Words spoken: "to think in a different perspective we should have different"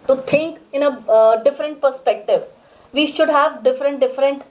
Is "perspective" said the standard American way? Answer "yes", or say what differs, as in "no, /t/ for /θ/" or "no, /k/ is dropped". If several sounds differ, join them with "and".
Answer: yes